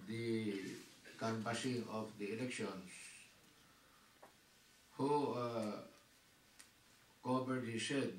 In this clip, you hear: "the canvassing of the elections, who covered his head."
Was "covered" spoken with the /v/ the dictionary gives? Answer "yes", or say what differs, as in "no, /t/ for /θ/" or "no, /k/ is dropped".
no, /b/ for /v/